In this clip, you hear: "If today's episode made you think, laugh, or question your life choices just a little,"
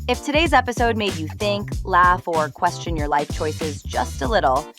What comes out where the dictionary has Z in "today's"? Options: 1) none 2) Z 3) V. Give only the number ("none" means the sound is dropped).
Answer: 2